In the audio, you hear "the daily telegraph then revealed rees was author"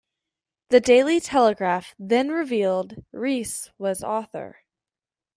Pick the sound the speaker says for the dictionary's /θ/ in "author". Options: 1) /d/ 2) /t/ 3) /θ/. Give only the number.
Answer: 3